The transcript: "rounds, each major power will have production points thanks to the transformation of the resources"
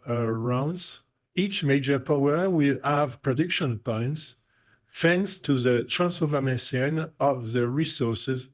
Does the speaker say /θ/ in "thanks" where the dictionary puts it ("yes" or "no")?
no